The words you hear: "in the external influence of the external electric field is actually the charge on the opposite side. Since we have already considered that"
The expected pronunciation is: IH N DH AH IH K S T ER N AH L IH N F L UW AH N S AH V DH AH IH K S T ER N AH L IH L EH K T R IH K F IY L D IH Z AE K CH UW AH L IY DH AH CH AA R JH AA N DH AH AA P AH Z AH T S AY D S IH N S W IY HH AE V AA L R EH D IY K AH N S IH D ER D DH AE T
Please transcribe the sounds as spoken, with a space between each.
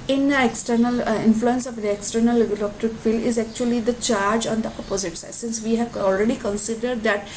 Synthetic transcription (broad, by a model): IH N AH K S T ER N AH L IH N F L UW AH N S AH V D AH K S T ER N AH L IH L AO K T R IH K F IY L IH Z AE K CH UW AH L IY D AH CH AA R JH AA N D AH AA P AH Z AH T S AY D S IH N S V IY HH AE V AA L R EH D IY K AH N S IH D ER D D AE T